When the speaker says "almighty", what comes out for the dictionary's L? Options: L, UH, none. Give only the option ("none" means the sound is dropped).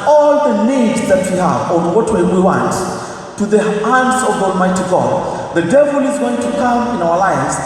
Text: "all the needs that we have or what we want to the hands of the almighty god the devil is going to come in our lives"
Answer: L